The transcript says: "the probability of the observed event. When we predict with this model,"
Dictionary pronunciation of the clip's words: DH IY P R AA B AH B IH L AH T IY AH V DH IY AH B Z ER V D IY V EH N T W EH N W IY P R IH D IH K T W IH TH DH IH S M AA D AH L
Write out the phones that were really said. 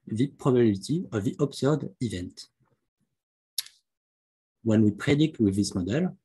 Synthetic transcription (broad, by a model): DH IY P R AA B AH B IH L T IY AH V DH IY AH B S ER D IY V EH N T W EH N W IY P R IH D IH K T W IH DH IH S M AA D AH L